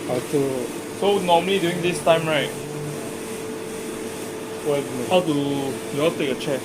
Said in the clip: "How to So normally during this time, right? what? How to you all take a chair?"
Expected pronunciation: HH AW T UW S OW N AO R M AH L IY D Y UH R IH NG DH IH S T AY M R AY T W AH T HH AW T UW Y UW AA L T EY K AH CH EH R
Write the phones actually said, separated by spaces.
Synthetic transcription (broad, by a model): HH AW T UW S OW N AO M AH L IY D Y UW IH NG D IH S T AY M R AY T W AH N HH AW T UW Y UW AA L T EY K AH CH EH